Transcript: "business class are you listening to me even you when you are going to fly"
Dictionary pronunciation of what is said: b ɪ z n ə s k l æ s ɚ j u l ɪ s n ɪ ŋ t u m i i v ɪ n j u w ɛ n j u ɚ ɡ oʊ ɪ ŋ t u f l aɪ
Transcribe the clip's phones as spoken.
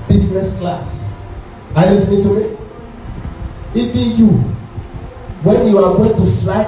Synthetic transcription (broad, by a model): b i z n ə s k l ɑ s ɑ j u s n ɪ t u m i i b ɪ j u w ɛ n j u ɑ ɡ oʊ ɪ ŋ t u f l aɪ